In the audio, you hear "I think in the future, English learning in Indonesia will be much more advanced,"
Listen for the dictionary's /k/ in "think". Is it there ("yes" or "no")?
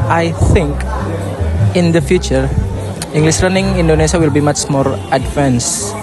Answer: yes